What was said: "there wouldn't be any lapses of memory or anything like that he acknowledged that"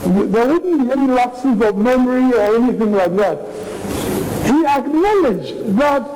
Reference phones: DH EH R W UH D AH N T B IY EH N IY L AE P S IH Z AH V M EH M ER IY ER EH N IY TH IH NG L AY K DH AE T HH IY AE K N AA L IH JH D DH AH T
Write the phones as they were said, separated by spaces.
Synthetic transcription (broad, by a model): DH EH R W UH D N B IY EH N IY L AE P S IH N AH V M EH M ER IY ER EH N IY TH IH NG L AY K DH AE T HH IY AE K N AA L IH JH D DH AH T